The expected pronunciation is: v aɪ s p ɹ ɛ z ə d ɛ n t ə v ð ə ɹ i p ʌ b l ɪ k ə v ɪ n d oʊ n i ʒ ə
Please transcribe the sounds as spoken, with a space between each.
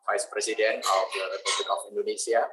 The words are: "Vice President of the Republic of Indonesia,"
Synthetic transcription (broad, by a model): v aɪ s p ɹ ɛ s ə d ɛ n ə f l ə ɹ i p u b l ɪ k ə f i n d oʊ n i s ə